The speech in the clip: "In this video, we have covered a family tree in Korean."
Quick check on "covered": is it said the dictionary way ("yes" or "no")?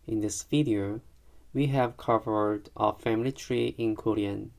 yes